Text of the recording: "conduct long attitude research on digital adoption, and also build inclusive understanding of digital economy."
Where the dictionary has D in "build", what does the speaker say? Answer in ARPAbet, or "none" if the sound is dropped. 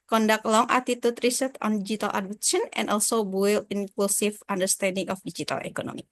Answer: none